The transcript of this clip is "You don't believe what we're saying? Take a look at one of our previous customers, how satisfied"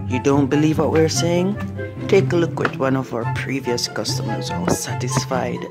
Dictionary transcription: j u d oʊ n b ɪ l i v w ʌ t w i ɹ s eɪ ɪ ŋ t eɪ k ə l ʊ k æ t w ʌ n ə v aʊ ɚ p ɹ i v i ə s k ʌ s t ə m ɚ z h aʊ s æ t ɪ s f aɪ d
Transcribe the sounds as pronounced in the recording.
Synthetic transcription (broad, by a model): j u d oʊ n b ɪ l i v w ʌ t w i ɹ s eɪ ɪ ŋ t eɪ k ə l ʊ k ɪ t w ʌ n ə v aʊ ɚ p ɹ i v i ə s k ʌ s t ə m ɚ z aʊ s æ t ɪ s f aɪ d